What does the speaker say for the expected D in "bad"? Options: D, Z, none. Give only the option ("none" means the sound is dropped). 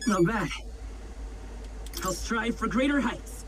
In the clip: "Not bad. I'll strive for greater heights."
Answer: none